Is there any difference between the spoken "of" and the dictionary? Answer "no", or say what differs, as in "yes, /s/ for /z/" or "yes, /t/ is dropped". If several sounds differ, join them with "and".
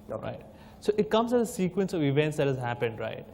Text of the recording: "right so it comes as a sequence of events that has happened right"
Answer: no